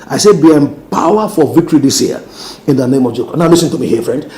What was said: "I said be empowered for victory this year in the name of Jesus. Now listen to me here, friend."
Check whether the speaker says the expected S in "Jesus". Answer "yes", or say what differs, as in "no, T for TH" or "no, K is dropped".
no, S is dropped